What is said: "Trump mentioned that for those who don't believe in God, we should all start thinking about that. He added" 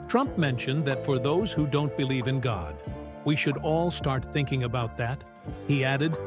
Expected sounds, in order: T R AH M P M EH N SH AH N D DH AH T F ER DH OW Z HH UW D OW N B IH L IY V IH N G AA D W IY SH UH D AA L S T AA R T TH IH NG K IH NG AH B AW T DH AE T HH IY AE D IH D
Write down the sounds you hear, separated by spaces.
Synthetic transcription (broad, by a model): T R AH M P M EH N SH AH N DH AH T F ER DH OW Z HH UW D OW N B IH L IY V IH N G AA D W IY SH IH D AA L S T AA R T TH IH NG K IH NG AH B AW T DH AE T HH IY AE D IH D